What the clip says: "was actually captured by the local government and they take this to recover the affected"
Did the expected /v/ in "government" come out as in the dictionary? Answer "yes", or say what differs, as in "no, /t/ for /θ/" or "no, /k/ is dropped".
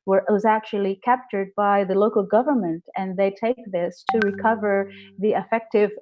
yes